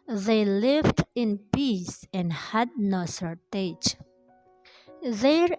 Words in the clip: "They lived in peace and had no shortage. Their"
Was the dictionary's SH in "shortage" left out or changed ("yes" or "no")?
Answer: yes